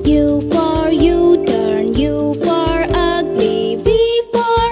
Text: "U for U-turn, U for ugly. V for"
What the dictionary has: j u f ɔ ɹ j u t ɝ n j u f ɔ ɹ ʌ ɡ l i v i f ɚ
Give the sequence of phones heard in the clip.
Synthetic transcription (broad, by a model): j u f ɔ ɹ j u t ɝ n j u f ɔ ɹ ʌ ɡ l i b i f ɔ